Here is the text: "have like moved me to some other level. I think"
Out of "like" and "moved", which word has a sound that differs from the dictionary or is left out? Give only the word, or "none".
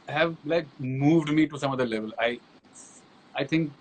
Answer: none